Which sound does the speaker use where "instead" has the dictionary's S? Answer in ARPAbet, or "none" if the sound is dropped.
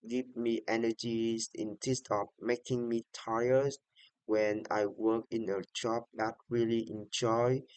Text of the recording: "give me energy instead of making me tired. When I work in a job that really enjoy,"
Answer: none